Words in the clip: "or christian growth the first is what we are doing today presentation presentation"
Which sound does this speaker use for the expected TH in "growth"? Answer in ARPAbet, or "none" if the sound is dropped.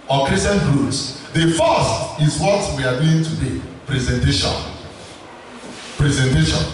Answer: S